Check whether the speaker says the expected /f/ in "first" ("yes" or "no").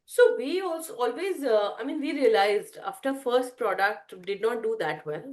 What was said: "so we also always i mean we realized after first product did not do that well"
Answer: yes